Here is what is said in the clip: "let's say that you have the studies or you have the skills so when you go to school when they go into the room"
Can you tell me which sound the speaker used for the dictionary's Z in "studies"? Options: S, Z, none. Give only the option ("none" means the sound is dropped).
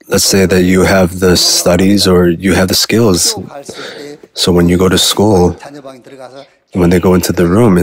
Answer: Z